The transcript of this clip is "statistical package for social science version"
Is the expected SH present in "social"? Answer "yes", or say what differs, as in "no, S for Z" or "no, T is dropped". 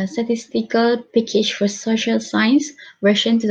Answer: yes